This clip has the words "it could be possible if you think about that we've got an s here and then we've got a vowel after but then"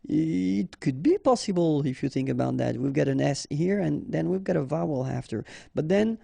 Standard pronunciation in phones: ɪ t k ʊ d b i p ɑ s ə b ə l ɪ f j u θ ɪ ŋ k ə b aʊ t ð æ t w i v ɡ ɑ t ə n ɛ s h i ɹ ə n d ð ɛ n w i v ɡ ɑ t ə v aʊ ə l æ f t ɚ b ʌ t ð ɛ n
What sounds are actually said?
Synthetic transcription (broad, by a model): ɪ t k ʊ d b i p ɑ s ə b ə l ɪ f j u θ ɪ ŋ k ə b aʊ t ð æ t w i v ɡ ɑ t ə n ɛ s h i ɹ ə n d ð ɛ n w i v ɡ ɑ t ə v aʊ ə l æ f t ɚ b ʌ t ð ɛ n